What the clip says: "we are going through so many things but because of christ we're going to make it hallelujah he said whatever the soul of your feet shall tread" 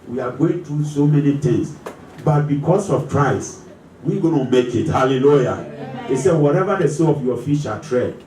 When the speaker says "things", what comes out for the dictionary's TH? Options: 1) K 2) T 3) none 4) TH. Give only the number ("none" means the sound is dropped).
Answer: 2